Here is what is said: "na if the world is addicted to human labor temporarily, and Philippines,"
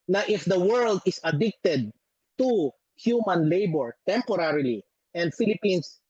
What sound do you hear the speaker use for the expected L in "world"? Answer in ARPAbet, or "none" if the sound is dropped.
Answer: L